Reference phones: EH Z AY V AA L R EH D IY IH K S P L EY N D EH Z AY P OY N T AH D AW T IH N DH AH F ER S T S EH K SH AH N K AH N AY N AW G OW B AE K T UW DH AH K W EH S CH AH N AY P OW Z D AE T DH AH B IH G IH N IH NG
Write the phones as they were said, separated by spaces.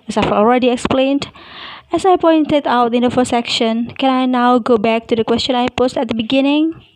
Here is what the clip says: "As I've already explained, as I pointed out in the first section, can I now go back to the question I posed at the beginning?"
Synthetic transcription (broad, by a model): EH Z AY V AA L R EH D IY IH K S P L EY N D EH S AY P OY N T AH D AW T IH N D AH F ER S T S EH K SH AH N K AH N AY N AW G OW B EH K T UW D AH K W EH S CH AH N AY P OW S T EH T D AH B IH G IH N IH NG